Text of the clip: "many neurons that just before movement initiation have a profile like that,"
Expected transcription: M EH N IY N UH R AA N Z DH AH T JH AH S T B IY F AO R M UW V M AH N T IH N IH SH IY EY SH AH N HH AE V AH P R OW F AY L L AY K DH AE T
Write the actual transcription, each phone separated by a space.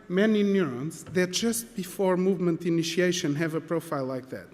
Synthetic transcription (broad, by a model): M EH N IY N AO R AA N S DH AH T JH AH S T B IY F AO R M UW V M AH N T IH N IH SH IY EY SH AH N HH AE V AH P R OW F AY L L AY K DH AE T